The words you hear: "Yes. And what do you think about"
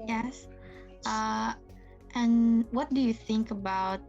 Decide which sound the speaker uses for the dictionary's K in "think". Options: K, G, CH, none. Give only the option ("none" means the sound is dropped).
K